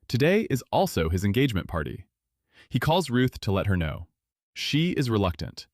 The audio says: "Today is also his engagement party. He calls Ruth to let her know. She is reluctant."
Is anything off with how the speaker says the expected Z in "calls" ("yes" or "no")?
no